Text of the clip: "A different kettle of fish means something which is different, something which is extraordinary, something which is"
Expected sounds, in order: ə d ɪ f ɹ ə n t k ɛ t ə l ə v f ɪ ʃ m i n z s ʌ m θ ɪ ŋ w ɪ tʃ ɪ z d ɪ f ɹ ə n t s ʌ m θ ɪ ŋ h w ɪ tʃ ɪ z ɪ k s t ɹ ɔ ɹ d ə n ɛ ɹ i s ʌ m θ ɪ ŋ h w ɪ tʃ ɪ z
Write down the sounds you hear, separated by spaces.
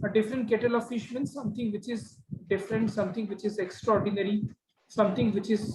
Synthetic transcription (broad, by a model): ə d ɪ f ɹ ə n t k ɛ t ə l ə v f ɪ ʃ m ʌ n s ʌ m t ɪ ŋ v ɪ tʃ ɪ z d ɪ f ɹ ə n t s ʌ m t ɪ ŋ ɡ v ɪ tʃ ɪ z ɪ k s t ɹ ɔ ɹ d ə n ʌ ɹ i s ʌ m t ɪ ŋ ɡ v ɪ tʃ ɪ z